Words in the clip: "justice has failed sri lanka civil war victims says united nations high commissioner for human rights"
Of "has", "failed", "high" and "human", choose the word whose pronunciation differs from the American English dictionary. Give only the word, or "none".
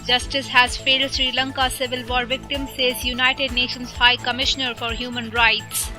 none